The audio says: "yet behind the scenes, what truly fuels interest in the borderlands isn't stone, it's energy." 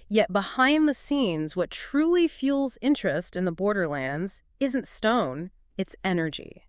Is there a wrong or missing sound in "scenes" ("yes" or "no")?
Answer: no